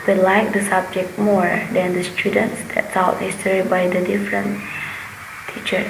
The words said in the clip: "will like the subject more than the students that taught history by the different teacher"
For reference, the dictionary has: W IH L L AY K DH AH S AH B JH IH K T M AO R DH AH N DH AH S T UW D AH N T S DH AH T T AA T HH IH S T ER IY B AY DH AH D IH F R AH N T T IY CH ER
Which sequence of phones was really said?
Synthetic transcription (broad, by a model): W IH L L AY K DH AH S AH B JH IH K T M AO R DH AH N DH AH S T UW D AH N T S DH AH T S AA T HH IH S S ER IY B AY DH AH D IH F R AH N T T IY CH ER